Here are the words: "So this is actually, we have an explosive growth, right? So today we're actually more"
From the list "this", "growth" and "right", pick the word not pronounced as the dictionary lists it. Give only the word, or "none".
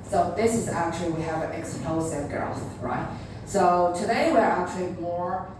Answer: growth